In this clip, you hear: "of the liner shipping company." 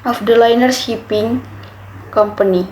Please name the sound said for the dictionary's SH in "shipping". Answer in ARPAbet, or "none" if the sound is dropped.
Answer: S